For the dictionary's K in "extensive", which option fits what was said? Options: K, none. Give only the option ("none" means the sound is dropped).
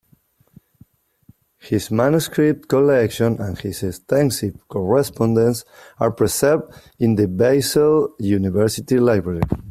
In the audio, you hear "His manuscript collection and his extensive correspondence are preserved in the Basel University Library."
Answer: none